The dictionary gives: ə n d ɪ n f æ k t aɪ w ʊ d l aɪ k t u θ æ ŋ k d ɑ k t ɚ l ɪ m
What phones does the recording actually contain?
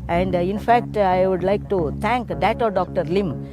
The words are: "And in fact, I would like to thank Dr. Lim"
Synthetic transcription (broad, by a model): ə n d ɪ n f æ k t aɪ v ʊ d l aɪ k t u t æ ŋ k d ɑ k t ɚ l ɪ m